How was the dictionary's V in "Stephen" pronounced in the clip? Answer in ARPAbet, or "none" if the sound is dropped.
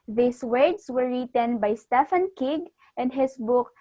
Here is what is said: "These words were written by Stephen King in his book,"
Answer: F